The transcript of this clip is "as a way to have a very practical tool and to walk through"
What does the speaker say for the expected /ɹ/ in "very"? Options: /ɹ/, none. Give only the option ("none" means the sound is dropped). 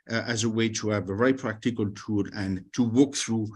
none